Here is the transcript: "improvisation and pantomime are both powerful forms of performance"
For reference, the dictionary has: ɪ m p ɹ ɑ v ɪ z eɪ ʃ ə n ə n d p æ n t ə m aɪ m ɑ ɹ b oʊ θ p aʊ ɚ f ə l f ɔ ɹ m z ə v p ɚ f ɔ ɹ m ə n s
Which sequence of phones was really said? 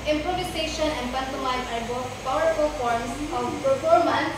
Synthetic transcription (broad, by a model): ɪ m p ɹ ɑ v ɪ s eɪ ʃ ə n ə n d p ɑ n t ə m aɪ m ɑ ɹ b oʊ t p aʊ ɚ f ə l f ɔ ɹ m s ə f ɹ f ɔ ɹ m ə n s